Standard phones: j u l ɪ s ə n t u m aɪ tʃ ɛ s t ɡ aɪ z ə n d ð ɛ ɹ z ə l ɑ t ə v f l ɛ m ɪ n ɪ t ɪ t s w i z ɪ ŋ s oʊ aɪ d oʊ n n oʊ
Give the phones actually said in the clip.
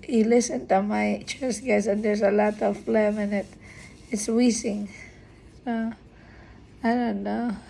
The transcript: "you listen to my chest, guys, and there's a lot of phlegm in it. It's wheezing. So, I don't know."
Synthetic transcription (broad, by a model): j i l ɪ s ə n t u m aɪ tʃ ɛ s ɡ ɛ s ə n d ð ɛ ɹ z ə l ɑ t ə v f l ɛ m ɪ n ɪ t ɪ t s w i s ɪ ŋ s oʊ aɪ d oʊ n n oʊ